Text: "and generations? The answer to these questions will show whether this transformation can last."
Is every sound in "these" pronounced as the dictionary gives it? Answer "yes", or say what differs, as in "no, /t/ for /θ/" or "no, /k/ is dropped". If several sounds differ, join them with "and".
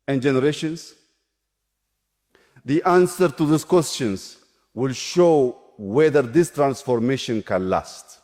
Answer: no, /s/ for /z/